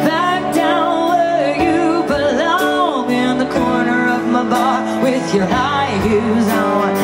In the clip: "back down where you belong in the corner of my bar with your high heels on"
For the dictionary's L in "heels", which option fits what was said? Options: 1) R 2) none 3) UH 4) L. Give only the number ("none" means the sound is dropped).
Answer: 2